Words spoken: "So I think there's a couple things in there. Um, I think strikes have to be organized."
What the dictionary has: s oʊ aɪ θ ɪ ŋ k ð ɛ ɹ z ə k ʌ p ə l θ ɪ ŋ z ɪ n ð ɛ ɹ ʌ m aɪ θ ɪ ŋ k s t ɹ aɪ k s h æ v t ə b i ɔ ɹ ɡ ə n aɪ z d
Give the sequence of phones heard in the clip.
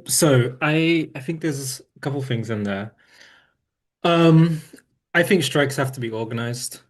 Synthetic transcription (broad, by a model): s oʊ aɪ θ ɪ ŋ k ð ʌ ɹ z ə k ʌ p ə l θ ɪ ŋ z ɪ n ð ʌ ɹ ʌ m aɪ θ ɪ ŋ k s t ɹ aɪ k s h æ f t ə b i ɔ ɹ ɡ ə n aɪ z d